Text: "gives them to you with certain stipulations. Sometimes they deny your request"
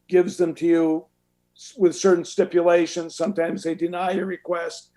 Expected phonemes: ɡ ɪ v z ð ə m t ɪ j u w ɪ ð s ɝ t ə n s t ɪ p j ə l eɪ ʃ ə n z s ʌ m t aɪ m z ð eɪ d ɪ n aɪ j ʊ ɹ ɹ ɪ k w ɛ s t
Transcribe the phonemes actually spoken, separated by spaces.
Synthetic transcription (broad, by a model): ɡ ɪ v z ð ə m t ɪ j u w ɪ ð s ɝ t n s t ɪ p j ə l eɪ ʃ ə n z s ʌ m t aɪ m z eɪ d ɪ n aɪ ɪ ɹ ɹ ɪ k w ɛ s t